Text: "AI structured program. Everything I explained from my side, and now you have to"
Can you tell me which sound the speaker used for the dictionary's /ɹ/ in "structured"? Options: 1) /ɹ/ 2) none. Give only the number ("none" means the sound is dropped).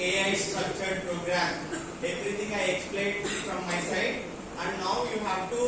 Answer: 2